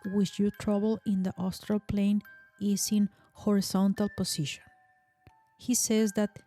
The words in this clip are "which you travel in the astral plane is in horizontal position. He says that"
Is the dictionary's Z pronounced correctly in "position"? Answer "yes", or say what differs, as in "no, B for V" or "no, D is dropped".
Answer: no, S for Z